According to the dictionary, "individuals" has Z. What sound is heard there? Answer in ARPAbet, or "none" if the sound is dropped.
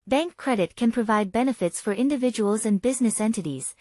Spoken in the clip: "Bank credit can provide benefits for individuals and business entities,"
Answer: Z